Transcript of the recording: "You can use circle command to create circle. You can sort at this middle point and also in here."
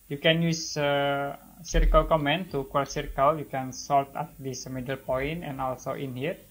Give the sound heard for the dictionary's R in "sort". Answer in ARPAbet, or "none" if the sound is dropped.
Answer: L